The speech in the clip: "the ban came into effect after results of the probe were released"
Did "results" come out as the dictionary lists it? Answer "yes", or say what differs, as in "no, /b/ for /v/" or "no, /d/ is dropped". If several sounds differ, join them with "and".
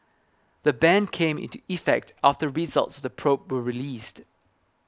yes